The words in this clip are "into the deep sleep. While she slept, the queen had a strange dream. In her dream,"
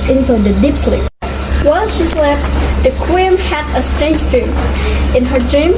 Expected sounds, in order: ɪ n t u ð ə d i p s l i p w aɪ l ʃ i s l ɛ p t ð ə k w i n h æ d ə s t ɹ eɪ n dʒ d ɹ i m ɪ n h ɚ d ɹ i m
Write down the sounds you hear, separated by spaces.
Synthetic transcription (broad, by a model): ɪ n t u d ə d i p s l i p w aɪ l ʃ i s l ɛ f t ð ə k w i n h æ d ə s t ɹ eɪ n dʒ d ɹ i m ɪ n h ɚ d ɹ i m